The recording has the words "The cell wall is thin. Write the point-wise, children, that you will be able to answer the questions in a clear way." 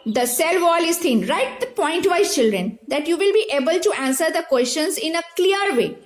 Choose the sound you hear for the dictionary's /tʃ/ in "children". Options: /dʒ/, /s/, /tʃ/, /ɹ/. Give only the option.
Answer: /tʃ/